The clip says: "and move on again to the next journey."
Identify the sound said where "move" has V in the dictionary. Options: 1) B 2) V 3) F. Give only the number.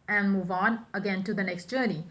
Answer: 2